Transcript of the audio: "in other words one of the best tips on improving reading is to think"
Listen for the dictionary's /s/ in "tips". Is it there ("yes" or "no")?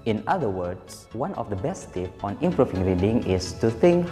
no